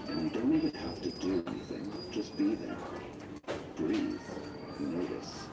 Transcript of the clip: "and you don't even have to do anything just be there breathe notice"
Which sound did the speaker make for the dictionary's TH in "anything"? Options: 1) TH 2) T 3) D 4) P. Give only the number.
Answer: 1